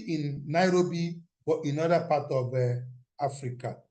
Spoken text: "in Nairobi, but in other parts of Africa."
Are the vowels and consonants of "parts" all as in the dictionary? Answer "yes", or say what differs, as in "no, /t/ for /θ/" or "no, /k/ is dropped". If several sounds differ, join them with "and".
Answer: no, /s/ is dropped